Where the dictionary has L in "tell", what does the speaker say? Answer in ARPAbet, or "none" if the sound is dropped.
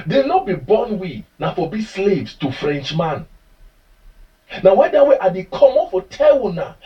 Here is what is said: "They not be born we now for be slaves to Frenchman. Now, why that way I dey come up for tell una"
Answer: W